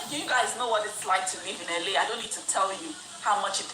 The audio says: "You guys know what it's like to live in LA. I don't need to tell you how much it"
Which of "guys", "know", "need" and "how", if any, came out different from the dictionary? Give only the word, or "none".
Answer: none